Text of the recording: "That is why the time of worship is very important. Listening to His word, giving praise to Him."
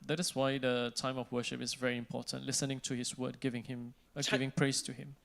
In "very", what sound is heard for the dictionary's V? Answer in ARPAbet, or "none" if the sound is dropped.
V